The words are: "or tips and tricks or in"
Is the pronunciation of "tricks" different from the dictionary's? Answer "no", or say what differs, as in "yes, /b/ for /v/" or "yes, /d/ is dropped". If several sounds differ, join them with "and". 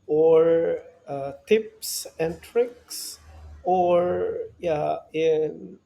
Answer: no